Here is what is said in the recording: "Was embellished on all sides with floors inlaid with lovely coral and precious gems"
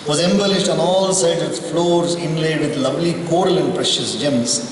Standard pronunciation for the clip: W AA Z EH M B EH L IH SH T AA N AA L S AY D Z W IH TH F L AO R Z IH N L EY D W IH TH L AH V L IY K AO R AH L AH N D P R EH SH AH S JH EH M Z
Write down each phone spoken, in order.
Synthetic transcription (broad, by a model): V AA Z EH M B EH L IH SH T AA N AA L S AY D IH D F L AO R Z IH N L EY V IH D L AH V L IY K AO R AH L AH N D P R EH SH AH S JH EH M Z